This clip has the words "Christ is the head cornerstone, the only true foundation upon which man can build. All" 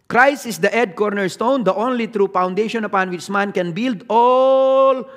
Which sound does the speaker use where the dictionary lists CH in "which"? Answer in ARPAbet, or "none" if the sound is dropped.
CH